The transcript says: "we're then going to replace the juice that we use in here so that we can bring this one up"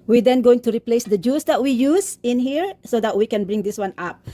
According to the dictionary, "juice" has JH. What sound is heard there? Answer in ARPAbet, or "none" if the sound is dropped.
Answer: JH